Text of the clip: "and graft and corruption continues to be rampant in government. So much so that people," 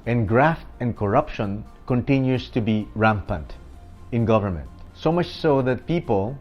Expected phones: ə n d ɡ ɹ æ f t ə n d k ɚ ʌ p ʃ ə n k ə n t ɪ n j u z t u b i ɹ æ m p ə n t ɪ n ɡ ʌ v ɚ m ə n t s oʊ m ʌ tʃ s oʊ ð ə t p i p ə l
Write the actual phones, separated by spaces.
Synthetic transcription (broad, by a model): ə n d ɡ ɹ æ f t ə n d k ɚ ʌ p ʃ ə n k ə n t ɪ n j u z t u b i ɹ æ m p ə n t ɪ n ɡ ʌ v ɚ m ə n t s oʊ m ʌ tʃ s oʊ ð ə t p i p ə l